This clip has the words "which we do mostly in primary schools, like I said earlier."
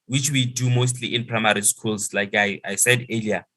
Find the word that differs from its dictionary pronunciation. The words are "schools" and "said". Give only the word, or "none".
schools